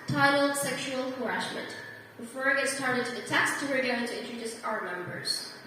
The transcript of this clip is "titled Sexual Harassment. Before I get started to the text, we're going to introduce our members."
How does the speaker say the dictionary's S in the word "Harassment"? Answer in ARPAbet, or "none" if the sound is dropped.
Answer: SH